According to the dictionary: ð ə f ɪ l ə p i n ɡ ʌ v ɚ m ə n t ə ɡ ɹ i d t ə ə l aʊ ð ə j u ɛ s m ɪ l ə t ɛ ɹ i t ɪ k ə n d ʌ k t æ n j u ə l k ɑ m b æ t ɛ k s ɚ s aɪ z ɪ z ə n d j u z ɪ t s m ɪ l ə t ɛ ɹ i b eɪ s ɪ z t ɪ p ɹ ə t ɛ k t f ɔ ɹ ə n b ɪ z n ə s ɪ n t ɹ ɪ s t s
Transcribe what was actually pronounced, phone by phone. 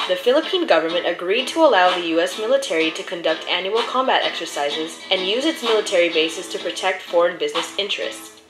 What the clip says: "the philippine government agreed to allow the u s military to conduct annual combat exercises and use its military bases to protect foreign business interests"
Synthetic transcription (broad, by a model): ð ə f ɪ l ə p i n ɡ ʌ v ɚ m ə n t ə ɡ ɹ i d t ə ə l aʊ ð ə j u ɛ s m ɪ l ə t ɛ ɹ i t ɪ k ə n d ʌ k t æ n j u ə l k ɑ m b æ t ɛ k s ɚ s aɪ z ɪ z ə n j u z ɪ t s m ɪ l ə t ɛ ɹ i b eɪ s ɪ s t ɪ p ɹ ə t ɛ k t f ɔ ɹ ə n b ɪ z n ə s ɪ n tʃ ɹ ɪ s t s